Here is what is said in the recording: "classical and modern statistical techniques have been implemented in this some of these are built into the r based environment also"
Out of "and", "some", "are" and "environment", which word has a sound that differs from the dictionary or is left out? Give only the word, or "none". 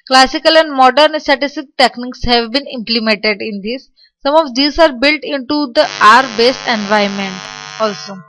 environment